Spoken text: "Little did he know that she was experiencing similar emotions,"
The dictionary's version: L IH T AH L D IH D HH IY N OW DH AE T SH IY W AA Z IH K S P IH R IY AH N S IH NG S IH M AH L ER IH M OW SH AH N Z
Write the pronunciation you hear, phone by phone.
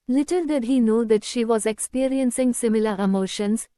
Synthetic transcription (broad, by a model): L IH T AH L D IH D HH IY N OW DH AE T SH IY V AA Z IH K S P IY R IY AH N S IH NG S IH M AH L ER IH M OW SH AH N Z